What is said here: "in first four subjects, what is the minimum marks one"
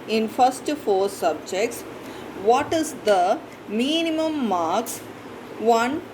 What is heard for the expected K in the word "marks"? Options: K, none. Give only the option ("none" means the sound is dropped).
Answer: K